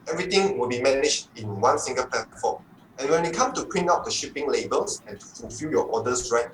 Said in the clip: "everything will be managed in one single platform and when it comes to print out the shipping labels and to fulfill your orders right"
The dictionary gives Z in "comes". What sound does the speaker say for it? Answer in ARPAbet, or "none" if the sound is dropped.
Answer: none